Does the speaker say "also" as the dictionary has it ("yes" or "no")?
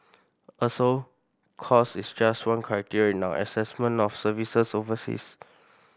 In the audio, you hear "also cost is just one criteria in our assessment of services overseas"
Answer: no